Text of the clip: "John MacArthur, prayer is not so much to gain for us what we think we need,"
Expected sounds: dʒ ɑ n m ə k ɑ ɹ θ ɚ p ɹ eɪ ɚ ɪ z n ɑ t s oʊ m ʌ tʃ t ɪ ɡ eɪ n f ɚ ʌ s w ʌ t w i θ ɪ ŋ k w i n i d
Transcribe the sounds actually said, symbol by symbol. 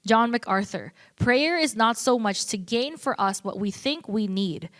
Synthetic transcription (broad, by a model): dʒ ɑ n m ə k ɑ ɹ θ ɚ p ɹ eɪ ɚ ɪ z n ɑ t s oʊ m ʌ tʃ t ɪ ɡ eɪ n f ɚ ʌ s w ʌ t w i θ ɪ ŋ k w i n i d